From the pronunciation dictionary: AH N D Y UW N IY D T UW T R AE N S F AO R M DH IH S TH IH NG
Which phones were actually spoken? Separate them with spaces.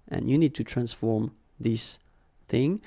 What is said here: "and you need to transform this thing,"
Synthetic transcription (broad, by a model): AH N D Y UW N IY D T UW T R AE N S F AO R M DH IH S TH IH NG